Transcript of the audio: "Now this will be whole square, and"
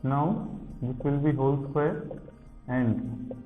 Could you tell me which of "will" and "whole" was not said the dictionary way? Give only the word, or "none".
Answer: none